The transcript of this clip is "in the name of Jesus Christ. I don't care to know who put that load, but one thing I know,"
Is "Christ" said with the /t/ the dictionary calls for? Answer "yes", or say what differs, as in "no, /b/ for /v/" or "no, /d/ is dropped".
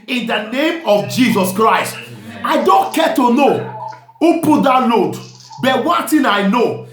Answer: yes